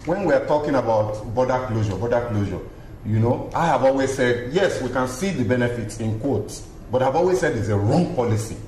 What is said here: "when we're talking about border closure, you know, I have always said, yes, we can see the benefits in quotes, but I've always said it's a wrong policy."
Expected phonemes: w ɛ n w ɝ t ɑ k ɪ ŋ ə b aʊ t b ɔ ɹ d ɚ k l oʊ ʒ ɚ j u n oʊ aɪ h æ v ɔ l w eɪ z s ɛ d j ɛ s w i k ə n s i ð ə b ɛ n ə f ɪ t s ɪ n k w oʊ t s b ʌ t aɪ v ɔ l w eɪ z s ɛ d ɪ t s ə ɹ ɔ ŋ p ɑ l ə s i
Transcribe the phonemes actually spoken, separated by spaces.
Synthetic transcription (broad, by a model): w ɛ n w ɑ t ɑ k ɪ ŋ ə b aʊ t b ɔ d d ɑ k l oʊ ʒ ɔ j u n oʊ aɪ h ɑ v ɔ l w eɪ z s ɛ d j ɛ s w i k ə n s i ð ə b ɛ n ə f ɪ t s ɪ n k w oʊ t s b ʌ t aɪ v ɔ l w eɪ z s ɛ d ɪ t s ə ɹ ɔ ŋ p ɑ l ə s i